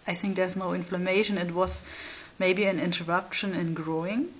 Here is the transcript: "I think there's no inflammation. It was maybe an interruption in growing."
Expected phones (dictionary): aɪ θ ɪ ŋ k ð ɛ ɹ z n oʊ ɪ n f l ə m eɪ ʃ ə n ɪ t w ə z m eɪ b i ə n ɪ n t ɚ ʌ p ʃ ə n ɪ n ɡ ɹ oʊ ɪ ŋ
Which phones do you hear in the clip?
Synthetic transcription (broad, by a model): aɪ θ ɪ ŋ k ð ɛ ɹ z n oʊ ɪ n f l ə m eɪ ʃ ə n ɪ t w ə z m eɪ b i ə n ɪ n t ɚ ʌ p ʃ ə n ɪ n ɡ ɹ oʊ ɪ ŋ